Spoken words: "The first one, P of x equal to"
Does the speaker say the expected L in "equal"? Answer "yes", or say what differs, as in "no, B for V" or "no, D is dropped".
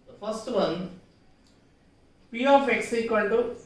no, N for L